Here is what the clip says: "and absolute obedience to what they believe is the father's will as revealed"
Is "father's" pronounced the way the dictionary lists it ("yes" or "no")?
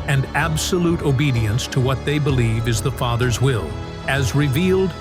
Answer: yes